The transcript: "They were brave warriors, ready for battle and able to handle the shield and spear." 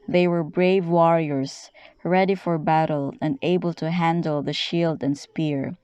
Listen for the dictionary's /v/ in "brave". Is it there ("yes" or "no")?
yes